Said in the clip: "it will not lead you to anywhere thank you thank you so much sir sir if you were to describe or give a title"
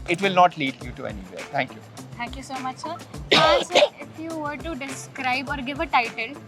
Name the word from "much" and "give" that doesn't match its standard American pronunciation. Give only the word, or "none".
none